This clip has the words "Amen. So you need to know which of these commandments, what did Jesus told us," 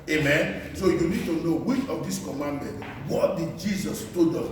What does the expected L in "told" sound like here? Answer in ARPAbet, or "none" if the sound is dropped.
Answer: none